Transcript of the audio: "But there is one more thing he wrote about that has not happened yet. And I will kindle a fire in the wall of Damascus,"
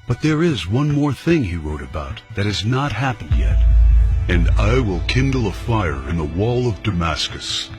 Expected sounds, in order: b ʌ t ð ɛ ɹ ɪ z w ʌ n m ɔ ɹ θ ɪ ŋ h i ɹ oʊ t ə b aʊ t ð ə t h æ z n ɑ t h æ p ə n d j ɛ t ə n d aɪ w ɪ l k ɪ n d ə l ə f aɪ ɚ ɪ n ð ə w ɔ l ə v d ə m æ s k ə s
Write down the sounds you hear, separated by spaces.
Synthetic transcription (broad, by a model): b ʌ t ð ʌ ɹ ɪ z w ʌ n m ɔ ɹ θ ɪ ŋ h i ɹ oʊ t ə b aʊ t ð ə t h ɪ z n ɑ t h æ p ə n d j ɛ t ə n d aɪ w ɪ l k ɪ n d l ə f aɪ ɚ ɪ n ð ə w ɔ l ə v d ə m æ s k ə s